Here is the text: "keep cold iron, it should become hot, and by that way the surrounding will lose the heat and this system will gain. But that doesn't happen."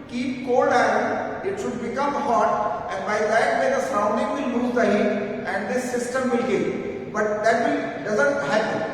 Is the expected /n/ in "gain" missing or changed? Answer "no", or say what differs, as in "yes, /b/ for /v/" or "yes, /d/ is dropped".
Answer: yes, /l/ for /n/